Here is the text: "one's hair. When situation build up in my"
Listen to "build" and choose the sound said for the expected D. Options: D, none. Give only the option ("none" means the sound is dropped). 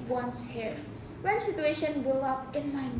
none